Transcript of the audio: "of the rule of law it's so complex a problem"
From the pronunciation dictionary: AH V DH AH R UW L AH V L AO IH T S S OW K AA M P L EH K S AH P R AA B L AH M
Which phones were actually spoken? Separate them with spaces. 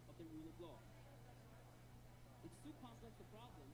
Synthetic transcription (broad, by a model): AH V DH AH R UW L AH B L AO IH T S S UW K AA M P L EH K AH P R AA B L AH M